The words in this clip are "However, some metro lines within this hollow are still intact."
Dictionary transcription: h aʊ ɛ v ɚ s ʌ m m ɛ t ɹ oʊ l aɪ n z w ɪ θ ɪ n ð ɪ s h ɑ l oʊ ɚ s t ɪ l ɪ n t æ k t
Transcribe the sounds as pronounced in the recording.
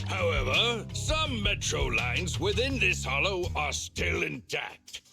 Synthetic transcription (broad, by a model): h aʊ ɛ v ɚ s ʌ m m ɛ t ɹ oʊ l aɪ n z w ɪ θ ɪ n ð ɪ s h ɑ l oʊ ɚ s t ɪ l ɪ n t æ k t